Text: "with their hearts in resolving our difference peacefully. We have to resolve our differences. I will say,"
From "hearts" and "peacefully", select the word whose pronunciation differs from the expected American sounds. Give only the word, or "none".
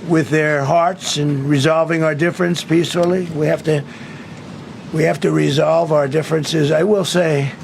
peacefully